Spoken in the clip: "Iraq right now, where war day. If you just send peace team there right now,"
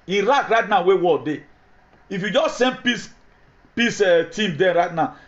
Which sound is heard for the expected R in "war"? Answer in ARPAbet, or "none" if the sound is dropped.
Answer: L